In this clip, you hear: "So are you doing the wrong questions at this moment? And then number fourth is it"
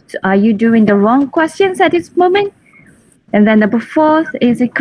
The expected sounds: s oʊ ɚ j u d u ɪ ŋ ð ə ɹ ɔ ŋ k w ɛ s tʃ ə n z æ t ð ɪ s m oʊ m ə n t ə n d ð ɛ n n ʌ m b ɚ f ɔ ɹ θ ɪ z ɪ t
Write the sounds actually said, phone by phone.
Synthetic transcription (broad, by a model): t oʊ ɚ j u d u ɪ ŋ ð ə ɹ ɔ ŋ k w ɛ s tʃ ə n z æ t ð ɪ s m oʊ m ə n t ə n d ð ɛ n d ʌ b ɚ f ɔ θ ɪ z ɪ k